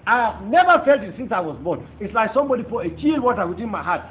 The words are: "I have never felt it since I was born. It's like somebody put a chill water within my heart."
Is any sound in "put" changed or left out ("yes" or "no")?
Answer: yes